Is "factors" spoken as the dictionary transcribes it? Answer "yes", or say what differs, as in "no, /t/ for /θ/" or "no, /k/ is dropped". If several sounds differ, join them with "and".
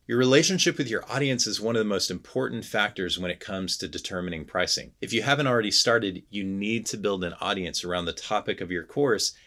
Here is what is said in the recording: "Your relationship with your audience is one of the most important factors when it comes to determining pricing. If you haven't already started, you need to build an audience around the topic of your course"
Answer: yes